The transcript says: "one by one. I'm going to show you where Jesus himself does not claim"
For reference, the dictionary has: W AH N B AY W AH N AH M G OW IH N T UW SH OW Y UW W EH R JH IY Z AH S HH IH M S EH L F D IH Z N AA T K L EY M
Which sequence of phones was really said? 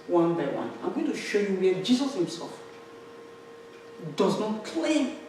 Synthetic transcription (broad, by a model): W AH N B AY W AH N AH M G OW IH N T UW SH OW Y UW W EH JH IY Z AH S HH IH M S EH L F D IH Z N AA T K L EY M